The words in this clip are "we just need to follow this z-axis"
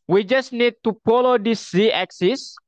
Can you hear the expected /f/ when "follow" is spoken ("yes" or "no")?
no